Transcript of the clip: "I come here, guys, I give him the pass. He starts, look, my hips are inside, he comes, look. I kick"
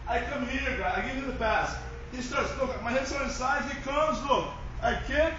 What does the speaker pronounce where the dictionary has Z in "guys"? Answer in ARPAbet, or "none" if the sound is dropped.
none